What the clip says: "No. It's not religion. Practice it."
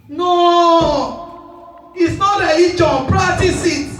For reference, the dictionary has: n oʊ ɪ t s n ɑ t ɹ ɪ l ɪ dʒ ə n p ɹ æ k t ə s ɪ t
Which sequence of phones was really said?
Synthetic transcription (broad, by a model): n oʊ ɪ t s n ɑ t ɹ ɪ i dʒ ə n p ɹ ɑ t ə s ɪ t